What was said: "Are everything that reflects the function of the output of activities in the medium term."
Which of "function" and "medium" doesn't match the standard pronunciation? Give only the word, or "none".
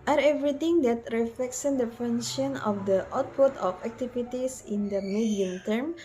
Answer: function